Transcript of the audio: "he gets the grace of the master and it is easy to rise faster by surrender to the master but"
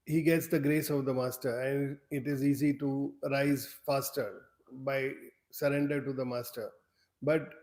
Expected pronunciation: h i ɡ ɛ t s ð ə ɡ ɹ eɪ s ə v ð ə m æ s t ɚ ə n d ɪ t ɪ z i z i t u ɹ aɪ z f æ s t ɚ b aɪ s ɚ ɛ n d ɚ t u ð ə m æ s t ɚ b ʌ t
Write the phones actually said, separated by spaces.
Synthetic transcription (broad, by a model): h i ɡ ɛ t s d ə ɡ ɹ eɪ s ə v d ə m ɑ s t ɚ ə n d ɪ t ɪ z i z i t u ɹ aɪ z f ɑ s t ɚ b aɪ s ɚ ɛ n d ɚ t u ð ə m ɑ s t ɚ b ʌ t